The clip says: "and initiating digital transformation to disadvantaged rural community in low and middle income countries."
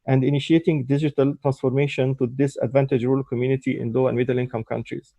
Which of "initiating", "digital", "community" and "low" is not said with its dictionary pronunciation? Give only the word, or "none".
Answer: none